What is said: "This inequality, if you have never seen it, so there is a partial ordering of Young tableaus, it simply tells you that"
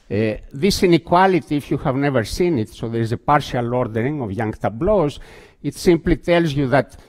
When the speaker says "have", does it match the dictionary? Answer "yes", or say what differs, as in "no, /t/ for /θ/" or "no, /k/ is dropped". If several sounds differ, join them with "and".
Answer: yes